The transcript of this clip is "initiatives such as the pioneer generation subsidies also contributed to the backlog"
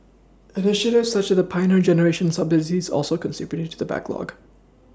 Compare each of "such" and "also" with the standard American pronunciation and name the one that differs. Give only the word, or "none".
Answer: none